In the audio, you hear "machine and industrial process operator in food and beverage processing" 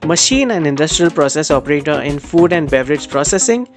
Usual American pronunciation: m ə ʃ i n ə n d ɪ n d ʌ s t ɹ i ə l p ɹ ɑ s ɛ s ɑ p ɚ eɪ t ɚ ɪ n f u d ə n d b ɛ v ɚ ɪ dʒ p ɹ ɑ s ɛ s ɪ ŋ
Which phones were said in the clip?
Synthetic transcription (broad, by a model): m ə ʃ i n ə n d ɪ n d ʌ s t ɹ i ə l p ɹ ɑ s ɛ s ɑ p ɚ eɪ t ɚ ɪ n f u d ə n d b ɛ v ɚ ɪ dʒ p ɹ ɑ s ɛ s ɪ ŋ